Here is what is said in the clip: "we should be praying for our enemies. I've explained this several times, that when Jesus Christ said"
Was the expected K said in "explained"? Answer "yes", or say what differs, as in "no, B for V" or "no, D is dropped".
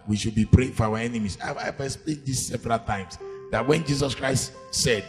no, K is dropped